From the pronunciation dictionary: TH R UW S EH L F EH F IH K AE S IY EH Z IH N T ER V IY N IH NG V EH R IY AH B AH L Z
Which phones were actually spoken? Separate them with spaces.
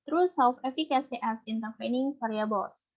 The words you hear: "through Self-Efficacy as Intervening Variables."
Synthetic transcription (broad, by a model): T R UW S EH L F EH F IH K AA S IY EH S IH N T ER P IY N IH NG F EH R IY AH B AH L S